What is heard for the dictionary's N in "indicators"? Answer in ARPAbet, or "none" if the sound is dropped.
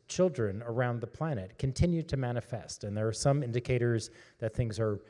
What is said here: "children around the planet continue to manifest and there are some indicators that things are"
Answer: N